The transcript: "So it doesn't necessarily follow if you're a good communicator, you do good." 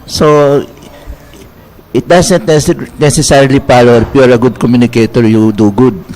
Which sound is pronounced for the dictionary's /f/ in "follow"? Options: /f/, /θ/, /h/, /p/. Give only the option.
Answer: /p/